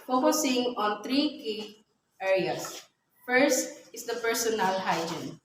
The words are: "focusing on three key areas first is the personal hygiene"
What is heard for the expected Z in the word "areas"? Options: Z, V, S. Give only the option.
S